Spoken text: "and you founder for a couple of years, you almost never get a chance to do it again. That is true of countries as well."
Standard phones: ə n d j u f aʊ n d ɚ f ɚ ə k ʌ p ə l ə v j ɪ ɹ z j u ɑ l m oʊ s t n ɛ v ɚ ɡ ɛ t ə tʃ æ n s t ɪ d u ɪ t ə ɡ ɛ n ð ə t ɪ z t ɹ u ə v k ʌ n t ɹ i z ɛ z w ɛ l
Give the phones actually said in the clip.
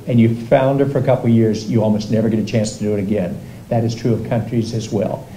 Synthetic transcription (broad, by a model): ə n j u f aʊ n d ɚ f ɚ ə k ʌ p l j ɪ ɹ z j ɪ ɑ l m oʊ s t n ɛ v ɚ ɡ ɛ t ə tʃ æ n s t ɪ d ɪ ɪ t ə ɡ ɛ n ð ə t ɪ z t ɹ u ə v k ʌ n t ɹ i z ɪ z w ɛ l